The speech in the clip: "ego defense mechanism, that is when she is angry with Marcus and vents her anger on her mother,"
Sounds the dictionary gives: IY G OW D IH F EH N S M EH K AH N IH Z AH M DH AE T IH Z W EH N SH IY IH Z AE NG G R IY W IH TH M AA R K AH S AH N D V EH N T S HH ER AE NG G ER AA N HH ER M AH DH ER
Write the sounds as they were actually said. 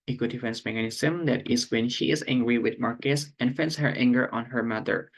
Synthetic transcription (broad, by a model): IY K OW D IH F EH N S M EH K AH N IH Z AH M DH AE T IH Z W EH N SH IY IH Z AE NG G R IY W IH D M AA R K AH S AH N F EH N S HH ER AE NG G ER AA N HH ER M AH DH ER